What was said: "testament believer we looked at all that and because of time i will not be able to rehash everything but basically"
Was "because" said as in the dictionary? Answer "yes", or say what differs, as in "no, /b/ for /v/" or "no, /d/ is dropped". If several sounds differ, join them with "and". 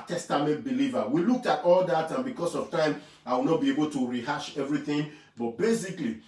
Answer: no, /s/ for /z/